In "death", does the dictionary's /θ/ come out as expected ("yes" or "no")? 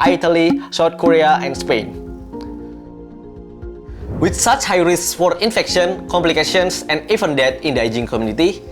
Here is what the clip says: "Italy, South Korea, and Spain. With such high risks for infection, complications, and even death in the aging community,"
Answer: no